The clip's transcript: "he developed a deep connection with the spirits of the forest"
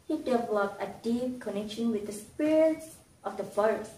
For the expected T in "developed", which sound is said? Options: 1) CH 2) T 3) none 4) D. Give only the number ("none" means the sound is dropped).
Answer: 3